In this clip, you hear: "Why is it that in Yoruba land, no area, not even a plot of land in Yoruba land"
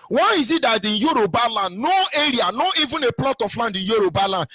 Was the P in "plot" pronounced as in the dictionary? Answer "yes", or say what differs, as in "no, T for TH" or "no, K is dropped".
yes